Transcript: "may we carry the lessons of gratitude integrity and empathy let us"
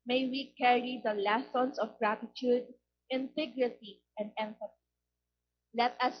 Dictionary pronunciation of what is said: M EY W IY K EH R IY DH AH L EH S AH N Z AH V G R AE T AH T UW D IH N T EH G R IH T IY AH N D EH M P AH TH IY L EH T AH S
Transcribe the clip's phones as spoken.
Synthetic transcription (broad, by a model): M EY W IY K EH R IY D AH L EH S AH N S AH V G R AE T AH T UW D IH N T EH G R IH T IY AH N D EH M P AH T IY L EH T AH S